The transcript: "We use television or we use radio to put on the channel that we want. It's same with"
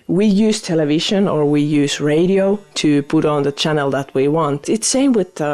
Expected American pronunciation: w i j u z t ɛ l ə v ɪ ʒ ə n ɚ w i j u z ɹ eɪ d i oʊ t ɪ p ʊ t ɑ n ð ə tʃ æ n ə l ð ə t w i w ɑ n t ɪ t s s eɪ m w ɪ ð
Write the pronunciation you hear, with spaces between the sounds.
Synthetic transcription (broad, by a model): w i j u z t ɛ l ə v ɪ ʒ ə n ɚ w i j u z ɹ eɪ d i oʊ t ɪ p ʊ t n ð ə tʃ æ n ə l ð ə t w i w ɑ n t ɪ t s s eɪ m w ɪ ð